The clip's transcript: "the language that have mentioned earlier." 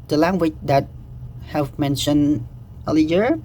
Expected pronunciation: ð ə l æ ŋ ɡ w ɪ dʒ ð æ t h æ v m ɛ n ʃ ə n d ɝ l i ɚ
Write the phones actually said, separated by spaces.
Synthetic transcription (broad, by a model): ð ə l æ ŋ ɡ w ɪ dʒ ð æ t h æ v m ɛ n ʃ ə n ɝ l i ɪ